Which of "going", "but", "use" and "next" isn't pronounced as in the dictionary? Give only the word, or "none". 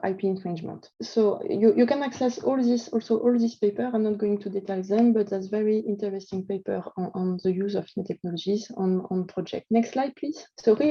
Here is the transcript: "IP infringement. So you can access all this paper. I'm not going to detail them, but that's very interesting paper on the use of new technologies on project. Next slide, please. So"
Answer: none